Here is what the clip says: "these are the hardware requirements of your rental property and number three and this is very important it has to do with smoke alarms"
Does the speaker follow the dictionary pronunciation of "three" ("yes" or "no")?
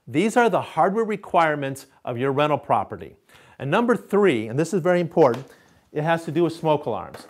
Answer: yes